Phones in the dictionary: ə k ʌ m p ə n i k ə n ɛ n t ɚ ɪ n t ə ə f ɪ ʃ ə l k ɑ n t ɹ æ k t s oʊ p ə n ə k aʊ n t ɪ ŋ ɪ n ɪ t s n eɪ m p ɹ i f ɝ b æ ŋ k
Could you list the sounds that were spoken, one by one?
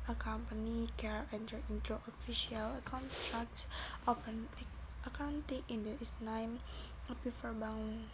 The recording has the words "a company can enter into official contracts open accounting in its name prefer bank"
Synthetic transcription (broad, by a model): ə k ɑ m p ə n i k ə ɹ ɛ n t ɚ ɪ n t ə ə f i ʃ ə l k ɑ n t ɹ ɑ k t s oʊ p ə n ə k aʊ n t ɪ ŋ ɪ n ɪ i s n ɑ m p i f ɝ b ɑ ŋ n